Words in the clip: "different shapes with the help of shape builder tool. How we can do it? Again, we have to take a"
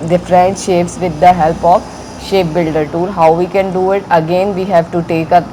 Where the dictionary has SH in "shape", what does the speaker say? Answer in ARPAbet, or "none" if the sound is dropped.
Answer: SH